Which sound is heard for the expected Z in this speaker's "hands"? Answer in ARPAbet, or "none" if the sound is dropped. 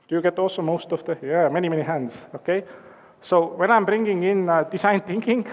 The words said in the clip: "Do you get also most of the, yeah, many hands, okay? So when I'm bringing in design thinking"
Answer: S